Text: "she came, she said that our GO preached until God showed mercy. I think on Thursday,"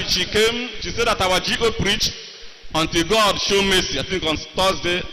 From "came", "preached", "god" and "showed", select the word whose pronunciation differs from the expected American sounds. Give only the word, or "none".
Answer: preached